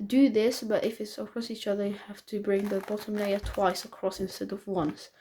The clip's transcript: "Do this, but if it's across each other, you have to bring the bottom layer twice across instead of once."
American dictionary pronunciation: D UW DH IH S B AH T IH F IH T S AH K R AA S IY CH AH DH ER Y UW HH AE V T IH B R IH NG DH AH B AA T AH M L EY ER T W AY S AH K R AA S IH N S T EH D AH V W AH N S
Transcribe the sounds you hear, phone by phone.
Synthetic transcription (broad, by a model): D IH DH IH S B AH T IH F IH T S AH K R AA S IY CH AH DH ER Y UW HH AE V T IH B R IH NG DH AH B AA T AH M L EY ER T W AY S AH K R AA S IH N S T EH D AH V W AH N S